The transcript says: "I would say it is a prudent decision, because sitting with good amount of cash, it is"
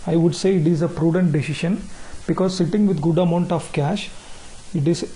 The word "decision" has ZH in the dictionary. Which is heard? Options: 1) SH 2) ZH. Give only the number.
1